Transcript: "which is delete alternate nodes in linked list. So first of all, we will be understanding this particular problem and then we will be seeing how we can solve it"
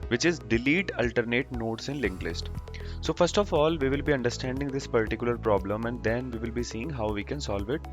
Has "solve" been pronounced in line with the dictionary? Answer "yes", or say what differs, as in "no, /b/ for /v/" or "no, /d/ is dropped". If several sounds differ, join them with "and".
yes